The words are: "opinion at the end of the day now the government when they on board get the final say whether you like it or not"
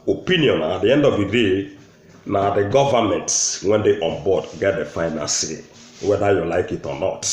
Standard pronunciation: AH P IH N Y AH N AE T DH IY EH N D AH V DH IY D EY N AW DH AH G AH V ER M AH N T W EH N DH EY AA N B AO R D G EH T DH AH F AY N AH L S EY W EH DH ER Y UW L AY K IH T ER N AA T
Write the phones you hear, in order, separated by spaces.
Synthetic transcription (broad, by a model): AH P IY N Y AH N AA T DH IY EH N D AH V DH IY D EY N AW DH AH G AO V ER M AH N T W EH N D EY AA N B AO D G EH T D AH F AY N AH N S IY W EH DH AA Y UW L AY K IH T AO N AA T